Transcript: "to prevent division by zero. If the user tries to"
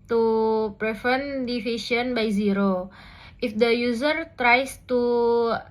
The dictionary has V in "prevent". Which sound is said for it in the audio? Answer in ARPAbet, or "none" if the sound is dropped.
F